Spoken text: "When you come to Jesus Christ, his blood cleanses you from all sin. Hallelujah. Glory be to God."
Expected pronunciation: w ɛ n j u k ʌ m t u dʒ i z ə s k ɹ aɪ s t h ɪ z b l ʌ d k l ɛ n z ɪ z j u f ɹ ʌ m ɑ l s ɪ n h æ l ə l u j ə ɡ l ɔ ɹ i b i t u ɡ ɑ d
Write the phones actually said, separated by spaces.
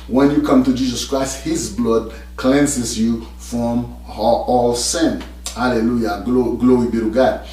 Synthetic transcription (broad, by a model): w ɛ n j u k ʌ m t u dʒ i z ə s k ɹ aɪ s t h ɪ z b l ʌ d k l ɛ n s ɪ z j u f ɹ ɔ m ɑ l s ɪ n h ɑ l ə l u j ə ɡ l ɔ ɹ i b i t u ɡ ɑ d